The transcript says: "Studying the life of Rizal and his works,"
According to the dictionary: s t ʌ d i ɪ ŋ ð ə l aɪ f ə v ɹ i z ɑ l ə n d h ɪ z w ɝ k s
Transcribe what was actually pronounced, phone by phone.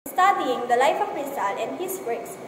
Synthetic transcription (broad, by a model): s t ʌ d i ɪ ŋ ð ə l aɪ f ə p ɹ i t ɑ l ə n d h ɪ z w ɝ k s